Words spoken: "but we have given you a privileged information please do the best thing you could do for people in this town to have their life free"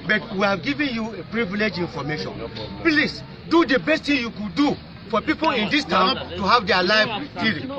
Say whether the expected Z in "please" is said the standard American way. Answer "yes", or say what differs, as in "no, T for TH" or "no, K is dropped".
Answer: no, S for Z